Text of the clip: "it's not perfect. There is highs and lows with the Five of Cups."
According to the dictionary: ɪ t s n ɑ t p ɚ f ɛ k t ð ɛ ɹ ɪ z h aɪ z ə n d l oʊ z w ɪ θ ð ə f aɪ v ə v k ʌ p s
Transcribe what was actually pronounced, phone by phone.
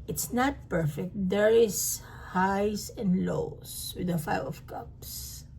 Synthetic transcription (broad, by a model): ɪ t s n ɑ t p ɚ f ɛ k t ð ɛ ɹ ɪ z h aɪ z ə n d l oʊ s w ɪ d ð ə f aɪ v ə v k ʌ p s